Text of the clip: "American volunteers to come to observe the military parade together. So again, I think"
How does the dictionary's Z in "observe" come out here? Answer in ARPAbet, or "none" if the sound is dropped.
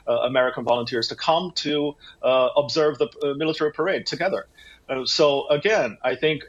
Z